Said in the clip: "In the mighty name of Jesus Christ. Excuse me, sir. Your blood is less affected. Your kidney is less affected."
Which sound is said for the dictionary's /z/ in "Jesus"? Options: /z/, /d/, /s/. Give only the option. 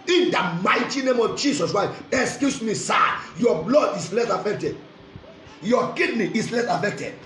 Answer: /s/